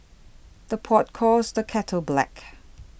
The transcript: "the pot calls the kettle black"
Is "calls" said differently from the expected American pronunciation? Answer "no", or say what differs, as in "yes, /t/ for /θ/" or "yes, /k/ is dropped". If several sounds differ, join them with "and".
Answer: yes, /l/ is dropped